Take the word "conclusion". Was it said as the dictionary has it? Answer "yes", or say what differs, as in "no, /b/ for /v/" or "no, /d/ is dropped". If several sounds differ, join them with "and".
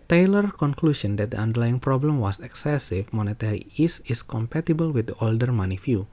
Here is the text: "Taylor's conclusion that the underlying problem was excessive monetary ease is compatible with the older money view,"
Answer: no, /s/ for /ʒ/